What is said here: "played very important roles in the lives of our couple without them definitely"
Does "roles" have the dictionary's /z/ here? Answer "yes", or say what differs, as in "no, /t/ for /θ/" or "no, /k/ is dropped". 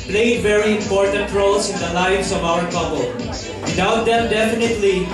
no, /s/ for /z/